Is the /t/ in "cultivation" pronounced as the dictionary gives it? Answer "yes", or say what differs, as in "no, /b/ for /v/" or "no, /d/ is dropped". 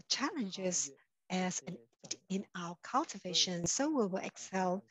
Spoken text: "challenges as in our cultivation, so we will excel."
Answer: yes